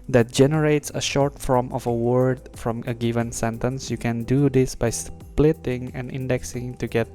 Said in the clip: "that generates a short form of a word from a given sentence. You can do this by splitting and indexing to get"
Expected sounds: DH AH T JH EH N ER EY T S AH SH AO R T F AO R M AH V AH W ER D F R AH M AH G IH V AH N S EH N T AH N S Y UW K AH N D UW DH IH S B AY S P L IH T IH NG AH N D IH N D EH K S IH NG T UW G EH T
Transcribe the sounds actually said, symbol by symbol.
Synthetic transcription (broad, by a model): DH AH T JH EH N ER EY T S AH SH AO R T F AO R M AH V AH W ER D F R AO M AH G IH V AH N S EH N T AH N S Y UW K AH N D UW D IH S B AY S P L IH T IH NG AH N IH N D EH K S IH NG T UW G EH T